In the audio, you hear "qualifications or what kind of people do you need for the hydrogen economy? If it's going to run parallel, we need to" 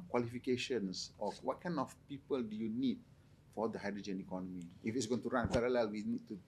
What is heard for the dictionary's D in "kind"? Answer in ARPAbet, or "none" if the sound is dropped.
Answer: none